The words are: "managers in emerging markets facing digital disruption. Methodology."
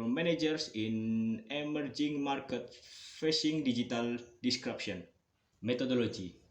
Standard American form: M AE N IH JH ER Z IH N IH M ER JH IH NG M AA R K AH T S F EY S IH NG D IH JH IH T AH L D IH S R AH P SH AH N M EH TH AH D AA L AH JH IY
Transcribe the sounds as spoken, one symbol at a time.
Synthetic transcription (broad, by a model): M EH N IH JH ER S IH N IH M ER JH IH NG M AA R K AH T F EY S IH NG D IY JH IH T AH L D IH S R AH P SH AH N M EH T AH D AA L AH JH IY